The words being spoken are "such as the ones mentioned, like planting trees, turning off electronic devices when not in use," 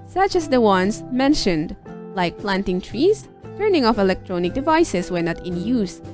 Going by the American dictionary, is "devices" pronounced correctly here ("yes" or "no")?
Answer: no